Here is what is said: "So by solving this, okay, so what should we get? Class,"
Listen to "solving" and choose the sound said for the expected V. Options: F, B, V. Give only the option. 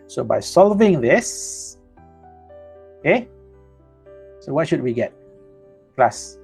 V